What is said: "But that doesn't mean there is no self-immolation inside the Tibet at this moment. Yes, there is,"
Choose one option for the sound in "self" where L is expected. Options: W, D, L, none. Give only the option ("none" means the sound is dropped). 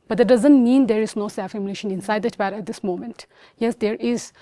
none